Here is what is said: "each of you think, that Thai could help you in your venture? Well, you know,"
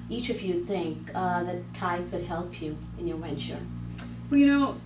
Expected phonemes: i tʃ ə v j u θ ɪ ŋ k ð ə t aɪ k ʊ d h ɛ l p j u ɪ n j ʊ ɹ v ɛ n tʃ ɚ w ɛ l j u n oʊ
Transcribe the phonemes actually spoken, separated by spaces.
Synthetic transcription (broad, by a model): i tʃ ə v j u θ ɪ ŋ k ð ə t aɪ k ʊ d h ɛ l p j u ɪ n j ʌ ɹ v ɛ n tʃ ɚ w ɛ l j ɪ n oʊ